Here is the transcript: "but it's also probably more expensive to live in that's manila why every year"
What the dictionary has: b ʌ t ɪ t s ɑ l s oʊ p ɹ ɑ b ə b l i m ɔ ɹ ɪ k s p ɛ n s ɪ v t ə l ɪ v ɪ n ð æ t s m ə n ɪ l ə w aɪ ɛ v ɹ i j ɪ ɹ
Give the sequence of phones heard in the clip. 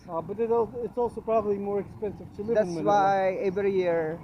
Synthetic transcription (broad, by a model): b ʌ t ɪ t s ɑ l s oʊ p ɹ ɑ b ə b l i m ɔ ɹ ɪ k s p ɛ n s ɪ v t ə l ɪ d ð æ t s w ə ɪ ə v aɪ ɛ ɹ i j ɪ ɹ